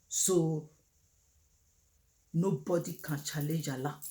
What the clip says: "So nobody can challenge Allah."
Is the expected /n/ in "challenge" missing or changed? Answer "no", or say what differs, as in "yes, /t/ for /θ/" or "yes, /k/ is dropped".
yes, /n/ is dropped